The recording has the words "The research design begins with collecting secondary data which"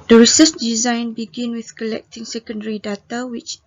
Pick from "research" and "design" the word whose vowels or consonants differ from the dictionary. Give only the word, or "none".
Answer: research